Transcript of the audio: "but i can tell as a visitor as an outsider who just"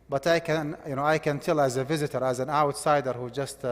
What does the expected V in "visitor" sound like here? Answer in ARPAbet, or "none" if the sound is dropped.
V